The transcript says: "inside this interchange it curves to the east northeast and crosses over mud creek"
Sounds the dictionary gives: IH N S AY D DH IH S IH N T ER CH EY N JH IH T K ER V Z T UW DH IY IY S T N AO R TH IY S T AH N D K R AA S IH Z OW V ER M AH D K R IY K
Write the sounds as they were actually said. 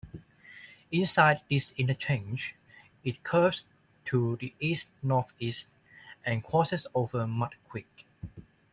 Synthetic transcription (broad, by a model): IH N S AY D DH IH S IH N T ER CH EY N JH IH T K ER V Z T UW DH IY IY S T N AO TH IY S T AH N K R AA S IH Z OW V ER M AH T K W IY K